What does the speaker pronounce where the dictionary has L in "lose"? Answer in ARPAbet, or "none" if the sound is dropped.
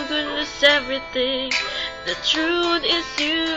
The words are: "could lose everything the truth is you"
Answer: N